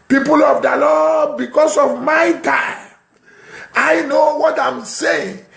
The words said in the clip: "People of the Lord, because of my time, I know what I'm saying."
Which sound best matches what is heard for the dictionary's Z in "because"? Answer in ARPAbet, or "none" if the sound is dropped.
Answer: S